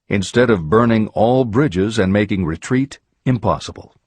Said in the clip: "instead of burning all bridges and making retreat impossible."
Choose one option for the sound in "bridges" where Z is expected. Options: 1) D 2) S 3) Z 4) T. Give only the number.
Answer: 3